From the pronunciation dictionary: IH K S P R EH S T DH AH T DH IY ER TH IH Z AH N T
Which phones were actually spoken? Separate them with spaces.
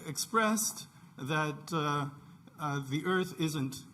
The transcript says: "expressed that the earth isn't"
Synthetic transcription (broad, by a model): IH K S P R EH S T DH AH T DH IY ER TH IH Z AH N T